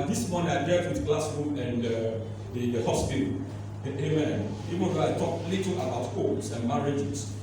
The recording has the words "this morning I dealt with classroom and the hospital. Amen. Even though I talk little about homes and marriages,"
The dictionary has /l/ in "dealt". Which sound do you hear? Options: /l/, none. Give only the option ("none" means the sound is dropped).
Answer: none